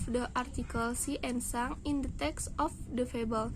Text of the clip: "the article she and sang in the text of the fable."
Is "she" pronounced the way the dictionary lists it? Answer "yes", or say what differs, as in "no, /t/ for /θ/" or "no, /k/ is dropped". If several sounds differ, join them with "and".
no, /s/ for /ʃ/